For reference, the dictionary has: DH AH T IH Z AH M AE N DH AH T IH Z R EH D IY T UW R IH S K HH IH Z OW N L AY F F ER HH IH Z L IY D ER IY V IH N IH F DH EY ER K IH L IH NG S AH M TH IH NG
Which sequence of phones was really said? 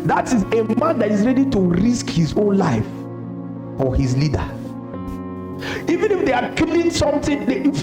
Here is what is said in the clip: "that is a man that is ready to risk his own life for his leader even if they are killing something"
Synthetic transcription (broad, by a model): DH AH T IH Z AH M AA N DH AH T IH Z R EH D IY T UW R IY S K HH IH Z OW N L AY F F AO HH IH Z L IY D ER IY V IH N IH F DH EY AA K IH L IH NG S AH M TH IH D